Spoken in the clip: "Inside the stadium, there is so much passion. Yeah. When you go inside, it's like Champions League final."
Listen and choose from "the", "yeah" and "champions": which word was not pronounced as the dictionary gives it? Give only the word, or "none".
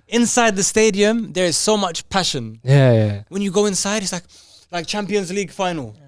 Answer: none